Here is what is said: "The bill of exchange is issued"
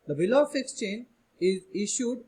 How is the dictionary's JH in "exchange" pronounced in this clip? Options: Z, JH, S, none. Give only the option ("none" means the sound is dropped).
none